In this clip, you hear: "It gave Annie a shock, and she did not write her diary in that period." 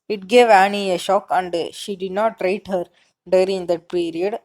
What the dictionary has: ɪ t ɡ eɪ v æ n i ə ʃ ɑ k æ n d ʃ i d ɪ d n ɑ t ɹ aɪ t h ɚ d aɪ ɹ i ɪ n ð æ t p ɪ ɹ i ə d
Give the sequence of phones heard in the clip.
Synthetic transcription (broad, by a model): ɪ t ɡ eɪ v æ n i ə ʃ ɑ k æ n d ʃ i d ɪ d n ɑ t ɹ aɪ t h ɚ d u ɹ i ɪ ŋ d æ t p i ɹ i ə d